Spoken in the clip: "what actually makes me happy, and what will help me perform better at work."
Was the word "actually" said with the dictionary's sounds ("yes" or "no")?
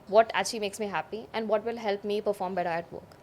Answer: no